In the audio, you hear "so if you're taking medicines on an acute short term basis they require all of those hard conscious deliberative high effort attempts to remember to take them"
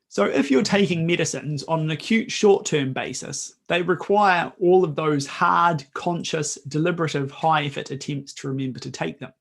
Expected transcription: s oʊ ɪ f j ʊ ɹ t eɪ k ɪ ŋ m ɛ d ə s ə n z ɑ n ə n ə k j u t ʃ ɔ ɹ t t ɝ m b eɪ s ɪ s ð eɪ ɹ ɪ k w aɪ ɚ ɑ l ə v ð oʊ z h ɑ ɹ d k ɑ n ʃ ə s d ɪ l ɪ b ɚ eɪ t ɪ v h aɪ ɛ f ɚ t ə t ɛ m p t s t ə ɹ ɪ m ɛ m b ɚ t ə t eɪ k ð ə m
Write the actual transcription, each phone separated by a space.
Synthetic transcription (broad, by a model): s oʊ ɪ f j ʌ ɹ t eɪ k ɪ ŋ m ɛ d ə s ə n z n ə n ə k j u t ʃ ɔ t t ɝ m b eɪ s ɪ s ð eɪ ɹ ɪ k w aɪ ɚ ɑ l ə v ð oʊ z h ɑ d k ɑ n ʃ ə s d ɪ l ɪ b ɚ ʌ t ɪ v h aɪ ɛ f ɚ t ə t ɛ m p t s t ə ɹ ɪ m ɛ m b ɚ t ə t eɪ k ð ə m